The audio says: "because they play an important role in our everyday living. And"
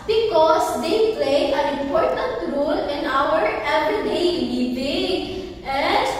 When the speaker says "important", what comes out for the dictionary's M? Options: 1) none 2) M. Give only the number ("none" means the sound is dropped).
1